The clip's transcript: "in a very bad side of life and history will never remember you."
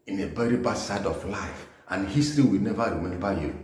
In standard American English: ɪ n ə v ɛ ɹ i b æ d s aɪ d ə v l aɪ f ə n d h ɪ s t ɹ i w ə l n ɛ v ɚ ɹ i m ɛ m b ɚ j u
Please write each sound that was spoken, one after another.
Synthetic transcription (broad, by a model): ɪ n ə b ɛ ɹ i b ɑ s aɪ d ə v l aɪ f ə n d h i s t ɹ i w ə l n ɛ v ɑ ɹ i m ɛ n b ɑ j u